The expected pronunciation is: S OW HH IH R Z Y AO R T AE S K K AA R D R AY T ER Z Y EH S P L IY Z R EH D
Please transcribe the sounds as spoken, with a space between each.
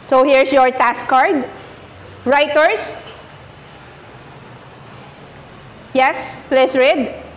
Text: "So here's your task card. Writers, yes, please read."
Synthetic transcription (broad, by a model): S OW HH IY R S Y AO R T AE S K K AA R D R AY T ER S Y EH S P L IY S R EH D